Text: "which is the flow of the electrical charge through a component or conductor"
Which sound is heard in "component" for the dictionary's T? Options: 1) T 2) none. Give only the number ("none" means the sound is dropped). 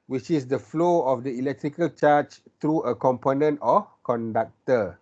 1